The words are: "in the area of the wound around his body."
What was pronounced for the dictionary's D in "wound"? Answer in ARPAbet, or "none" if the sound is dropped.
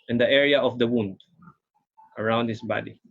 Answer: D